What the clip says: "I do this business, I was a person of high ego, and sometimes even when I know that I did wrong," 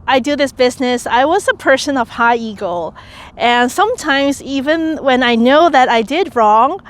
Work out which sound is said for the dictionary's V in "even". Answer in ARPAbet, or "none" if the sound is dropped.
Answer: V